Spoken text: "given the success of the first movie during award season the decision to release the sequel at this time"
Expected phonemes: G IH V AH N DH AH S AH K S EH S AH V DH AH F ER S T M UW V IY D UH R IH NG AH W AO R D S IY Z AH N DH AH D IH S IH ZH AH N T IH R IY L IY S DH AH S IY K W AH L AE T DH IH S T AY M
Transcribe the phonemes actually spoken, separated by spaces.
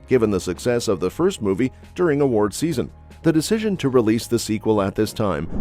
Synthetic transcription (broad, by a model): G IH V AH N DH AH S AH K S EH S AH V DH AH F ER S T M UW V IY D UH R IH NG AH W AO R D S IY Z AH N DH AH D IH S IH ZH AH N T IH R IY L IY S DH AH S IY K W AH L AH T DH IH S T AY M